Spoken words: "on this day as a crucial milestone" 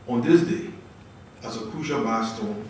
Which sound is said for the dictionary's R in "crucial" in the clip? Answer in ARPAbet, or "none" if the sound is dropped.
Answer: none